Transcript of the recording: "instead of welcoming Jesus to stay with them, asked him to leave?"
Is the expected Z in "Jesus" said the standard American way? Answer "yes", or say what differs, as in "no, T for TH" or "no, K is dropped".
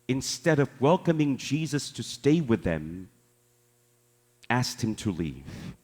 yes